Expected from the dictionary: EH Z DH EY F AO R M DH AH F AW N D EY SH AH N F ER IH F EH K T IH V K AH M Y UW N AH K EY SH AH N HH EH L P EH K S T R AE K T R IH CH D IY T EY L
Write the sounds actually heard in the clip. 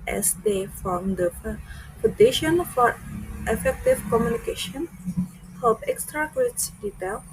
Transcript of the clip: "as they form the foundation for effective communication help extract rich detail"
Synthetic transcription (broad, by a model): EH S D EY F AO M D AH P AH D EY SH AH N F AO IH F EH K T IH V K AH M Y UW N AH K EY SH AH N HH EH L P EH K S T R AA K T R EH S D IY T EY L